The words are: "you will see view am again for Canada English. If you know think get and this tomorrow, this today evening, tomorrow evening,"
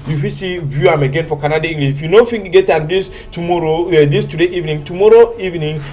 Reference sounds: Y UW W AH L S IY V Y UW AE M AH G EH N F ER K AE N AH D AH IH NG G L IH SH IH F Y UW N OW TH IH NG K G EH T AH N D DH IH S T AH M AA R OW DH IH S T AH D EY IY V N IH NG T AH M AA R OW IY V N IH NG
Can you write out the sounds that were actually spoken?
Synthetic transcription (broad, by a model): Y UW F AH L S IY V Y UW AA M AH G EH N F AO K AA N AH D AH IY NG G L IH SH Y UW N OW F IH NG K G EH T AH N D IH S T AH M AA R OW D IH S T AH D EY IY V N IH NG T AH M AA R OW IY V N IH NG